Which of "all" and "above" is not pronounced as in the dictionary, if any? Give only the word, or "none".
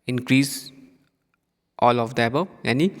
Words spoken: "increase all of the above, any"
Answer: above